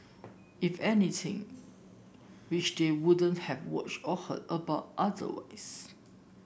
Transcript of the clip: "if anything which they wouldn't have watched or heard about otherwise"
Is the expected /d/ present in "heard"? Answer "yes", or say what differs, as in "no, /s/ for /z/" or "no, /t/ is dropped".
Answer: no, /d/ is dropped